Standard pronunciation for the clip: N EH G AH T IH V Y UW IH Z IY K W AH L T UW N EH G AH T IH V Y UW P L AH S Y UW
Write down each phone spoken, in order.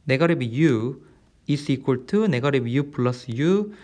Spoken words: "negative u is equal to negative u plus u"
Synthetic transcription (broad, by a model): N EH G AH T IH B Y UW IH S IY K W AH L T UW N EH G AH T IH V Y UW P L AH S Y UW